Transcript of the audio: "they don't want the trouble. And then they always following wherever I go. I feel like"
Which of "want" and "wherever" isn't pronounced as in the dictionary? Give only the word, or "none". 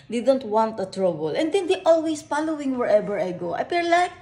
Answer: wherever